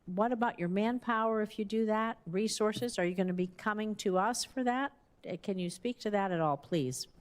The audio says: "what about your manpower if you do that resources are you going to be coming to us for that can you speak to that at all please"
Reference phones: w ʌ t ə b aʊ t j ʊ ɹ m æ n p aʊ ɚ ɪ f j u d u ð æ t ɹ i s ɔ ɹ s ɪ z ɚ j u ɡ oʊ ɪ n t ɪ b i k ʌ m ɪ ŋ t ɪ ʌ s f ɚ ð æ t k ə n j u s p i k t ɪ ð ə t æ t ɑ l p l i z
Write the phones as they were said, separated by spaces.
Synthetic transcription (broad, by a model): w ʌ t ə b aʊ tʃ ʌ ɹ m æ n p aʊ ɚ ɪ f j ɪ d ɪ ð æ t ɹ i s ɔ ɹ s ɪ z ɚ j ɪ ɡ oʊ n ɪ b i k ʌ m ɪ ŋ t ɪ ʌ s f ɚ ð æ t k ə n j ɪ s p i k t ɪ ð ə t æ t ɑ l p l i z